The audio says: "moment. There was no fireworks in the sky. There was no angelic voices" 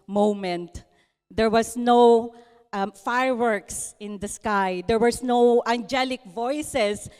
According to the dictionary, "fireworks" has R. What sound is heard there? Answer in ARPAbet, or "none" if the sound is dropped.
R